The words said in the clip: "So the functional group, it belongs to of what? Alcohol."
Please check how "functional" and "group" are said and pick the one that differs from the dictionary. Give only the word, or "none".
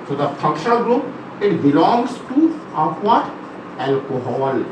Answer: functional